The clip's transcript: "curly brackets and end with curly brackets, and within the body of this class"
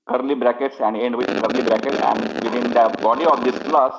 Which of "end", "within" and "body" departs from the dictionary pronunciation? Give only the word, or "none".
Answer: within